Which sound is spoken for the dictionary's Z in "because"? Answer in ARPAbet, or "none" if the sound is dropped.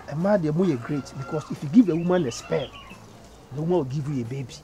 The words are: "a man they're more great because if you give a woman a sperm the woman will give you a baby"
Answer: S